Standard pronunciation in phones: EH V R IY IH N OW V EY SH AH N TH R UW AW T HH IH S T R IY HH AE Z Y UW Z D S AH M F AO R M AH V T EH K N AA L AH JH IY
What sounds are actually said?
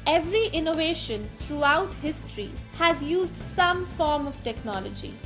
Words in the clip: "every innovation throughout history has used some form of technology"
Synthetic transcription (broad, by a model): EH V R IY IH N OW V EY SH AH N T R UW AW T HH IH S T R IY HH AE Z Y UW Z D S AH M F AO R M AH V T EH K N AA L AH JH IY